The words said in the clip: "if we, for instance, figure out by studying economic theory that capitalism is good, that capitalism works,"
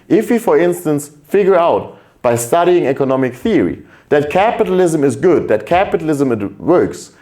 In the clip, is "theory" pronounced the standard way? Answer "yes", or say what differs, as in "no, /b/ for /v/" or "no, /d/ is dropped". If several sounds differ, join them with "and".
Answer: yes